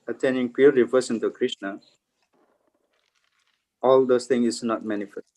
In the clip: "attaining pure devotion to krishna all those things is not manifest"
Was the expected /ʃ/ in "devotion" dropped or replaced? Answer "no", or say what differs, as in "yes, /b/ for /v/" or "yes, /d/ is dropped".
yes, /s/ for /ʃ/